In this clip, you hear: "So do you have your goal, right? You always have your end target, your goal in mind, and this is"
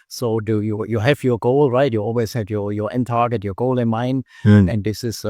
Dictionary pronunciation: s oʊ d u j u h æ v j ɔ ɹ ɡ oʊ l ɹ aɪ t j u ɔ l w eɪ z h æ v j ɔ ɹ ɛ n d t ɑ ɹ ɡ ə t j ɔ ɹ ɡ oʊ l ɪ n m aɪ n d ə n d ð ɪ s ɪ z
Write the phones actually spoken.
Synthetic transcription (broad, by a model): s oʊ d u j u h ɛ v j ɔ ɡ oʊ l ɹ aɪ t j u ɔ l w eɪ s h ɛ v j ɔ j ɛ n t ɑ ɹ ɡ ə t j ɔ ɡ oʊ l ɪ n m aɪ n ə n d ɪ s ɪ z